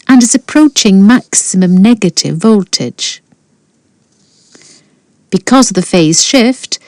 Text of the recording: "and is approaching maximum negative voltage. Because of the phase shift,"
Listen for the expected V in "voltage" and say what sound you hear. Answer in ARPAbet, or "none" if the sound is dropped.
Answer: V